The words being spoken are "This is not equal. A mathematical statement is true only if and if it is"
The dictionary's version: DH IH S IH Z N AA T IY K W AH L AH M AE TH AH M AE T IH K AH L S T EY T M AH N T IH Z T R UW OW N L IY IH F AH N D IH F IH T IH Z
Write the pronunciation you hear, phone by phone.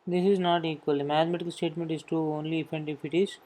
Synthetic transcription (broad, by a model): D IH S IH Z N AA T IY K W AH L AH M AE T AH M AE T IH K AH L S T EY T M AH N T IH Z T UW OW N L IY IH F AH N D IH F IH T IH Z